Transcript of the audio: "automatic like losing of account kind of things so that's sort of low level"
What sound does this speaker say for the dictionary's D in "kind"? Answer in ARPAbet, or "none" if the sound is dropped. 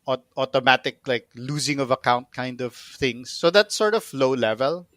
D